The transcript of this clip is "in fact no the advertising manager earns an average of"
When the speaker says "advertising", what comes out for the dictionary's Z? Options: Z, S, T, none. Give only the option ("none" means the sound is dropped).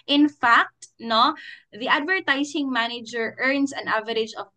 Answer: S